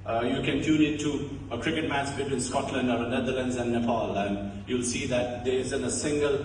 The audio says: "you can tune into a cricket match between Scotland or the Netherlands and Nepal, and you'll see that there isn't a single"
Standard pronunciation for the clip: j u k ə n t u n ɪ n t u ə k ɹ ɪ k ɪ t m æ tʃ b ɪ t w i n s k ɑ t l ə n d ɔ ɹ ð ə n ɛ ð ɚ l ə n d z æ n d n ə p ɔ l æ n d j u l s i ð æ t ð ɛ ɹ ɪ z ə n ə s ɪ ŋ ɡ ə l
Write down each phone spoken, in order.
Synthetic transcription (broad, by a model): j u k ə n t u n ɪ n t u ə k ɹ ɪ k ɪ t m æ s b ɪ t w i n s k ɑ t l ə n d ɔ ɹ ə n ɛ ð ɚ l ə n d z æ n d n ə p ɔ l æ n d j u l s i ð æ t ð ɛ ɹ ɪ z ə n ə s ɪ ŋ ɡ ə l